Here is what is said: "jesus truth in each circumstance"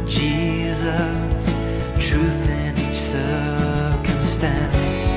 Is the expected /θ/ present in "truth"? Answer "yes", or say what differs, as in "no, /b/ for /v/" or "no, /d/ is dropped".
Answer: yes